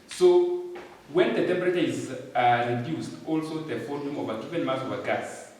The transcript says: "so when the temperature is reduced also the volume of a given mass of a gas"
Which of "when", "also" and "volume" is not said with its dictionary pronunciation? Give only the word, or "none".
volume